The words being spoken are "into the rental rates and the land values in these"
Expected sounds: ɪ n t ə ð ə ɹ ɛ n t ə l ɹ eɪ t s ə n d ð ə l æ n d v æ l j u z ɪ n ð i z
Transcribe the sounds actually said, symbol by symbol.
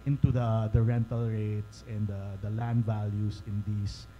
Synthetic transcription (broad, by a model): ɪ n t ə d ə ɹ ɛ n t ə l ɹ eɪ t s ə n d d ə l æ n d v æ l j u s ɪ n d i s